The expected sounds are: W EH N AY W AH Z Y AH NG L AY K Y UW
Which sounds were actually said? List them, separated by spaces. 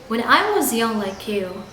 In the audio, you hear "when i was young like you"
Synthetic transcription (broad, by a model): W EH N AY W AH Z Y AH NG L AY K Y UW